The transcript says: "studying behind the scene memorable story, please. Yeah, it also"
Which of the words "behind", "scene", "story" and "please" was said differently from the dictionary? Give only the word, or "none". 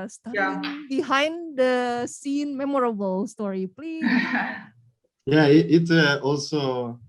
please